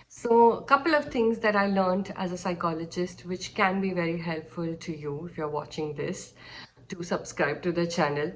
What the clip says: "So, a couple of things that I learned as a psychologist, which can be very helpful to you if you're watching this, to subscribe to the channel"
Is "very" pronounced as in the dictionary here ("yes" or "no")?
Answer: yes